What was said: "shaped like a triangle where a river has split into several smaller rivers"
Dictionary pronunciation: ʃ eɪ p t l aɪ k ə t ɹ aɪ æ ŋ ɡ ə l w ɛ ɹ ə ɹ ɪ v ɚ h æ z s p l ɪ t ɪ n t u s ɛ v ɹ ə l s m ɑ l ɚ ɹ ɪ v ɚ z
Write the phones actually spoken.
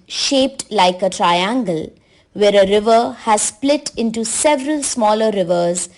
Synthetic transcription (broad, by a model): ʃ eɪ p t l aɪ k ə t ɹ aɪ æ ŋ ɡ ə l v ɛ ɹ ə ɹ ɪ v ɚ h æ z s p l ɪ t ɪ n t u s ɛ v ɹ ə l s m ɑ l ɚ ɹ ɪ v ɚ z